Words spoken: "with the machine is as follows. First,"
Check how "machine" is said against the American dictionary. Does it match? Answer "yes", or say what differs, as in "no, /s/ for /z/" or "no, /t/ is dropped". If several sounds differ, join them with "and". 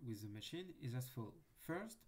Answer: yes